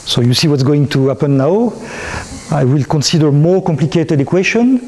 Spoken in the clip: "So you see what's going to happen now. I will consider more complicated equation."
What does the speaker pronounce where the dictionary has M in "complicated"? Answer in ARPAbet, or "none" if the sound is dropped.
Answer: M